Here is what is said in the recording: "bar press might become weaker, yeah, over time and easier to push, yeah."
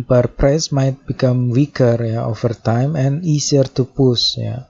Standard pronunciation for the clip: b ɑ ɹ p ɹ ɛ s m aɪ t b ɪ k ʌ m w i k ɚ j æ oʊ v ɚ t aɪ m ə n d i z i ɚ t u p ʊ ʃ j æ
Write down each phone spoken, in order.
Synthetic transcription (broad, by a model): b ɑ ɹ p ɹ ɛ s m aɪ t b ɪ k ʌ m w i k ɚ j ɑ oʊ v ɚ t aɪ m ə n i s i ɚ t u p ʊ s j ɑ